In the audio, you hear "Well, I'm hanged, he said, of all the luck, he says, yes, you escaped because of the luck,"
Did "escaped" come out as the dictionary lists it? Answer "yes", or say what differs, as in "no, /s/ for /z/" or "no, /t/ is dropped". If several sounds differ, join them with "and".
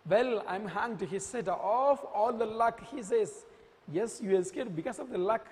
no, /p/ is dropped